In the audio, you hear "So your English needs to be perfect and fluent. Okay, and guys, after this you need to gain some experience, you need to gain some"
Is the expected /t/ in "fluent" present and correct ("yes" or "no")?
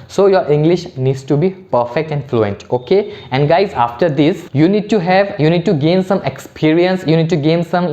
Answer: yes